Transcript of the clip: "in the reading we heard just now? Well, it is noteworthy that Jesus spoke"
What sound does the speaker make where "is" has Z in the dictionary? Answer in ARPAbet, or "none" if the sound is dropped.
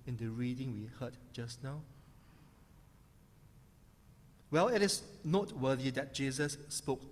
S